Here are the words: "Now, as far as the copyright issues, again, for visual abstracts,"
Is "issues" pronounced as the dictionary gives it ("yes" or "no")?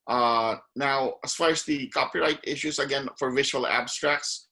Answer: no